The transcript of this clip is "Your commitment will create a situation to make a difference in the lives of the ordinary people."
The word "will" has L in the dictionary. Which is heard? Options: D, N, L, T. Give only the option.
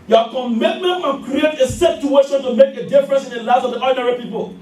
N